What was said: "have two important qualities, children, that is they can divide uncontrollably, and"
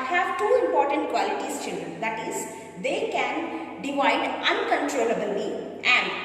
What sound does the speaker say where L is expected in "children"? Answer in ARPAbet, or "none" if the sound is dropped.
N